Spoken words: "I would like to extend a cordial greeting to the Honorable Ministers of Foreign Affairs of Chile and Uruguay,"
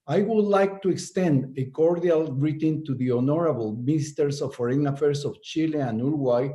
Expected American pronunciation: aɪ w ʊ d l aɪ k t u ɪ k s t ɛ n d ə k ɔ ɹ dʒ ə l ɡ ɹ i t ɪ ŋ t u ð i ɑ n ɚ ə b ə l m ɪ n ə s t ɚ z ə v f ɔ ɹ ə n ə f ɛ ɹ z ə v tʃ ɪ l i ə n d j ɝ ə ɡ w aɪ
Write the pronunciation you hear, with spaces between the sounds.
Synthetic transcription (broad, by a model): aɪ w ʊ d l aɪ k t u ɪ k s t ɛ n d ə k ɔ ɹ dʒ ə l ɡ ɹ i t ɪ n t u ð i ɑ n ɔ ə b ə l m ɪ n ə s t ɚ s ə f ɔ ɹ ə n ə f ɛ ɹ s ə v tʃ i l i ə n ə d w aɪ